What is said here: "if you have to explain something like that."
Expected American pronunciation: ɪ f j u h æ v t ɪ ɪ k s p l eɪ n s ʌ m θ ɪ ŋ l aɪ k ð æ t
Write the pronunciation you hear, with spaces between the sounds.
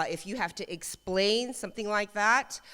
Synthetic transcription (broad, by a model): ɪ f j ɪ h æ f t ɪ ɪ k s p l eɪ n s ʌ m θ ɪ ŋ l aɪ k ð æ t